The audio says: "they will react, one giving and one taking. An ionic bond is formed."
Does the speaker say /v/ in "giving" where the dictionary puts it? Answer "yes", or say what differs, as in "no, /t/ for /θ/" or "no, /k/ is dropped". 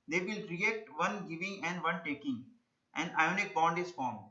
yes